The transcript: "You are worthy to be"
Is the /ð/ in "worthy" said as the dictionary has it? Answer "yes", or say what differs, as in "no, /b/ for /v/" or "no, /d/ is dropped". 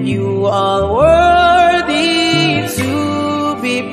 yes